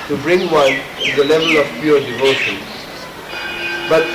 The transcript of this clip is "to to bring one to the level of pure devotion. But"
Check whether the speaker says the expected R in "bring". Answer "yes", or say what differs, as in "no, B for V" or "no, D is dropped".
yes